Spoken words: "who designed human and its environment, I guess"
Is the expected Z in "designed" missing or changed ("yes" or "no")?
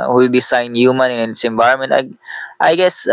yes